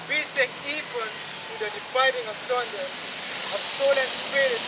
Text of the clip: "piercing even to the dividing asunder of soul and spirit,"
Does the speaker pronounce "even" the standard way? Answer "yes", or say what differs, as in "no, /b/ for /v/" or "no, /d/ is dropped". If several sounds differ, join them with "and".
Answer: no, /p/ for /v/